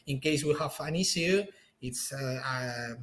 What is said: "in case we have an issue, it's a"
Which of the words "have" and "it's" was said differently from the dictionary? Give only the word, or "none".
have